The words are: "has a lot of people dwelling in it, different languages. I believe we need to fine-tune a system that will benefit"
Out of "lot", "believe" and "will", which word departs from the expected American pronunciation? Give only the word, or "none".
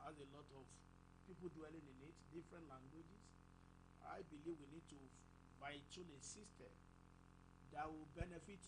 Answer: none